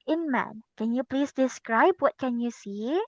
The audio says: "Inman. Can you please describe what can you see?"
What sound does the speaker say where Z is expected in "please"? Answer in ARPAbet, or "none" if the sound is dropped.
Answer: S